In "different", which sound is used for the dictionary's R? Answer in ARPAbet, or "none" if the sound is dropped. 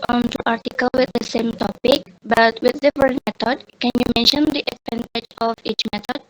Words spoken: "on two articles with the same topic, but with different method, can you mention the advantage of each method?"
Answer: none